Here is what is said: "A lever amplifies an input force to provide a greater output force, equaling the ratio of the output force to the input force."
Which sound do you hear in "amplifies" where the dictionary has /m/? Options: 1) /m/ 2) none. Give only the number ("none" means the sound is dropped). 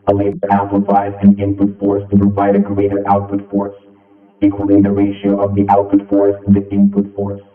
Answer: 2